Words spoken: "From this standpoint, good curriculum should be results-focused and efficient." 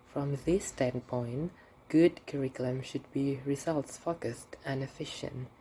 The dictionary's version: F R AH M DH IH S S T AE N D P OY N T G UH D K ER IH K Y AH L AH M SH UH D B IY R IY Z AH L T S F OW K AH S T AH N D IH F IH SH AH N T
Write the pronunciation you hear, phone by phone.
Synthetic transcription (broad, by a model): F R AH M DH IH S S T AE N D P OY N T G UH D K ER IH K Y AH L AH M SH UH D B IY R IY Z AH L T S F OW K AH S T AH N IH F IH SH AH N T